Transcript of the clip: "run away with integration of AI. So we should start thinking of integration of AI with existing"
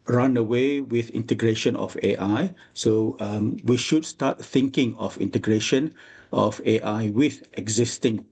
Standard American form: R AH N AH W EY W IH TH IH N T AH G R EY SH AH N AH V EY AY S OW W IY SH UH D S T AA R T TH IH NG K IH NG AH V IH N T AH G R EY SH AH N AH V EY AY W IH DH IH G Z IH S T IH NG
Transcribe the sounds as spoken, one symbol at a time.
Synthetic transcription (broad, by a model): R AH N AH W EY W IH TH IH N T AH G R EY SH AH N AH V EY AY S OW W IY SH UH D S T AA T TH IH NG K IH NG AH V IH N T AH G R EY SH AH N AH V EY AY W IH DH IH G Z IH S T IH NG